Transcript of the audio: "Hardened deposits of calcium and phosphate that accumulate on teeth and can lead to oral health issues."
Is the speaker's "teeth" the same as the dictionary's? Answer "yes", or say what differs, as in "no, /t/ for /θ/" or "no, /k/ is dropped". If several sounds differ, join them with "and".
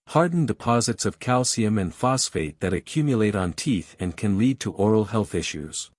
yes